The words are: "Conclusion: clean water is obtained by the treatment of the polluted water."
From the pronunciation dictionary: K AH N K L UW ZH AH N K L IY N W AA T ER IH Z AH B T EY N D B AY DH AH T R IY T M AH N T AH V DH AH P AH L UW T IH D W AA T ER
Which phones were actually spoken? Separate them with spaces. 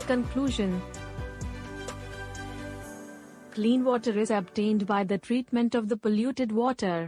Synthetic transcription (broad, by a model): K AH N K L UW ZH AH N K L IY N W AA T ER IH Z AH B T EY N D B AY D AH T R IY T M AH N T AH V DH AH P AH L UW T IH D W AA T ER